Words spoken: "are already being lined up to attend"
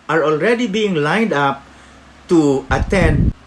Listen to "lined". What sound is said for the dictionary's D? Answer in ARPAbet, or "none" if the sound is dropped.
D